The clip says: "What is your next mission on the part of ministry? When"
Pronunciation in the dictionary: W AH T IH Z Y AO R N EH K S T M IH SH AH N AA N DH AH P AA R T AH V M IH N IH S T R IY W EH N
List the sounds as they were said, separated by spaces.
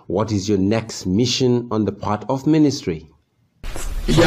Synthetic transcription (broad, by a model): W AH T IH Z Y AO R N EH K S T M IH SH AH N AA N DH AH P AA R T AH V M IH N IH S T R IY